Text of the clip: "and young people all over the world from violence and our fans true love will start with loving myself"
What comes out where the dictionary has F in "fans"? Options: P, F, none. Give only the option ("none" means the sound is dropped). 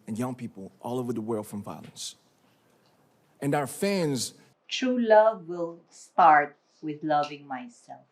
F